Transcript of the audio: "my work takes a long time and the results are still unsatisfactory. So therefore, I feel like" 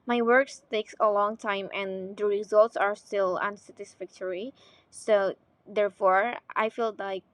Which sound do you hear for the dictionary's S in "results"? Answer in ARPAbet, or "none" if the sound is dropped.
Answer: S